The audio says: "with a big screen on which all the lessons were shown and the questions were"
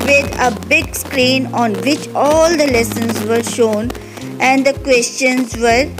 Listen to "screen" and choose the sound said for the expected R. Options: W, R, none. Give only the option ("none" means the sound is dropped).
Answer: R